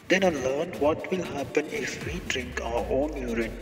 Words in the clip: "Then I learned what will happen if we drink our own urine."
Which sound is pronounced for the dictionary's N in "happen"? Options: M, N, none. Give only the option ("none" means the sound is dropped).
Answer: N